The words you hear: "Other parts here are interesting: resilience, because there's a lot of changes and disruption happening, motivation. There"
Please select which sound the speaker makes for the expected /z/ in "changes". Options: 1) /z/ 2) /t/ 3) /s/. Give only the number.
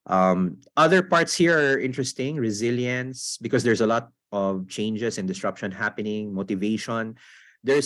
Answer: 3